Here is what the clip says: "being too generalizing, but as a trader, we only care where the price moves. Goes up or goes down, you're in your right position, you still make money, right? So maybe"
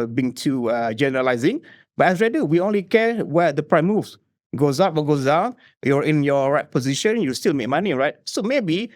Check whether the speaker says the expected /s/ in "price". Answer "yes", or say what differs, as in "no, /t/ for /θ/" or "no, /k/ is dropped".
no, /s/ is dropped